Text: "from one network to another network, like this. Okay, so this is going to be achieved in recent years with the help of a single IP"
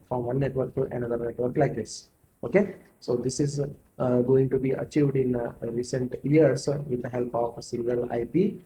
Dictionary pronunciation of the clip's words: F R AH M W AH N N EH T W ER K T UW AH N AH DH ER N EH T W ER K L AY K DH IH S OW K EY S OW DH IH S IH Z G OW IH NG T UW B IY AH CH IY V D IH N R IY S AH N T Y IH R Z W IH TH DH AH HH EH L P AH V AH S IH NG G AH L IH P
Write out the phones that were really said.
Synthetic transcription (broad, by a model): F R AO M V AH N N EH T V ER K T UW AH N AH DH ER N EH T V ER K L AY K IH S OW K EY S OW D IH S IH Z G OW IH NG T UW B IY AH CH IY V D IH N R IY S AH N T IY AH R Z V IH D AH HH EH L P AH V S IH NG G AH L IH P